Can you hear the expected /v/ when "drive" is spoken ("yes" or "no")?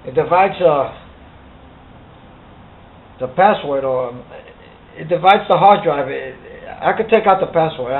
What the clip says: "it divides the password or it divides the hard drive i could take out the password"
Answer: yes